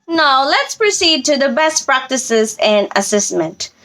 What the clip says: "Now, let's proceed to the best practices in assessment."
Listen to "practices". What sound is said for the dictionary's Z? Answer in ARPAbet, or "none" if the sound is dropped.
Z